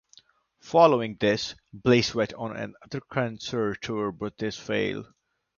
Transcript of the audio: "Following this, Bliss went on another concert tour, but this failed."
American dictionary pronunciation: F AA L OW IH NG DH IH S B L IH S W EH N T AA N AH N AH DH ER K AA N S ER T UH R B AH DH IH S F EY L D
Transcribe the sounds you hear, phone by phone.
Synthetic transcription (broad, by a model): F AA L OW IH NG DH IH S B L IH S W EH T AA N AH N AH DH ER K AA N S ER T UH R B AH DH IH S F EY L